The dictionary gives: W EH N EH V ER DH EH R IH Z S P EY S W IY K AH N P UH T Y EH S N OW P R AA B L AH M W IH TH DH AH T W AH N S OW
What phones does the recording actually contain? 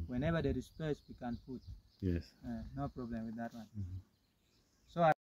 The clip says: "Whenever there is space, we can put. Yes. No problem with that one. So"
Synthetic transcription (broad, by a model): W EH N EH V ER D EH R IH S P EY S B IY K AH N F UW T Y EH S N OW P R AA B L AH M W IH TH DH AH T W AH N S OW